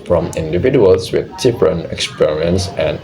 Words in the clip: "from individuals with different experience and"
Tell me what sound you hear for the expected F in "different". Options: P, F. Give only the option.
P